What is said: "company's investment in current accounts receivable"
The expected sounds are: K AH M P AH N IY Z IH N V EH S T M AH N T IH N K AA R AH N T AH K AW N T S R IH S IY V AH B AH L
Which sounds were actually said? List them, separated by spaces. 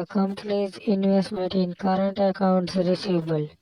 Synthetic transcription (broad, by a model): K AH M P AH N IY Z IH N V EH S T M AH N T IH N K AA R AH N T AH K AW N T S R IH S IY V B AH L